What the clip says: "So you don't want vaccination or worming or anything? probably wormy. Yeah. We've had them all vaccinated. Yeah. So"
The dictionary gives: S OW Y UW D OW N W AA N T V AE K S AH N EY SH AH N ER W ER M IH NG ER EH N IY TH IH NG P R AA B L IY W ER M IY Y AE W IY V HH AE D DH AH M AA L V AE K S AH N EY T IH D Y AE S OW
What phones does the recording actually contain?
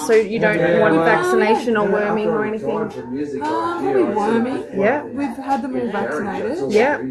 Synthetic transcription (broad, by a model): S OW Y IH D OW N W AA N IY V AE K S AH N EY SH AH N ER W ER M IH NG ER EH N IY TH IH NG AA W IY W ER M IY Y AE W IY V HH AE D DH AH M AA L V AE K S AH N EY T IH D Y AE